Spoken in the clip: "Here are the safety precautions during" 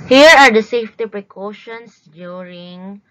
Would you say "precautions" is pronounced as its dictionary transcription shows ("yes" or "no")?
no